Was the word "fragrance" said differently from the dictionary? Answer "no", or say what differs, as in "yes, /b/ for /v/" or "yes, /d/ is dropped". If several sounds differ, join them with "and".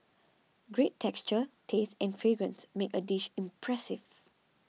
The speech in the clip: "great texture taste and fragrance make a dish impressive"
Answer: no